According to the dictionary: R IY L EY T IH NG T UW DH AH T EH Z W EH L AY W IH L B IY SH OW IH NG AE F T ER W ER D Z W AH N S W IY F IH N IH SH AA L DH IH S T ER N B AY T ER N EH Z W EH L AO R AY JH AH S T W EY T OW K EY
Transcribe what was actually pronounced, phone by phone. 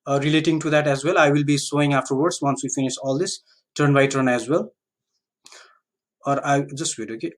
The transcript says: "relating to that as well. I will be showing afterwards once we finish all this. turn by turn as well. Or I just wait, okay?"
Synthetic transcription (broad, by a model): R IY L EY T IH NG T UW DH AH T EH Z W EH L AY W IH L B IY S OW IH NG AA F T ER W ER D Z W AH N S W IY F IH N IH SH AA L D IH S T ER N B AY T ER N EH Z W EH L AO R AY JH AH S T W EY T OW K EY